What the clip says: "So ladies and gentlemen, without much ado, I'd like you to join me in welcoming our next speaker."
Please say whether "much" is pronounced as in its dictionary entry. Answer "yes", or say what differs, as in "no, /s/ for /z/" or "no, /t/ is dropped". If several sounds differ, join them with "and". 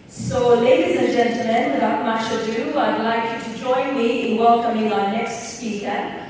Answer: no, /ʃ/ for /tʃ/